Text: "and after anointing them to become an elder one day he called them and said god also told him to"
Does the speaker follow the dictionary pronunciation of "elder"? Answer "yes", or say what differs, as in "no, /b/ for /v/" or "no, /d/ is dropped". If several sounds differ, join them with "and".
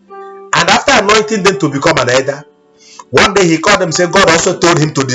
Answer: no, /l/ is dropped